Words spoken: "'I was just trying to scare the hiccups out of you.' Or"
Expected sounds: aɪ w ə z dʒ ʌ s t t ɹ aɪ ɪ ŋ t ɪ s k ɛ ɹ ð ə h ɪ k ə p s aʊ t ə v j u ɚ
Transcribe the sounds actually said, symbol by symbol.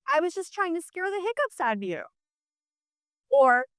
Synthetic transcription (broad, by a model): aɪ w ə z dʒ ʌ s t t ɹ aɪ ɪ ŋ t ɪ s k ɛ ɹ ð ə h ɪ k ə p s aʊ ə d j u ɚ